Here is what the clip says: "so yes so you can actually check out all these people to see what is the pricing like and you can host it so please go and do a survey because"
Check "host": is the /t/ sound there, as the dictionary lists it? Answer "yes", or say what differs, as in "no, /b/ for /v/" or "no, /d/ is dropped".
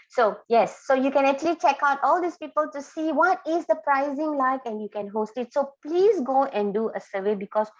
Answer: yes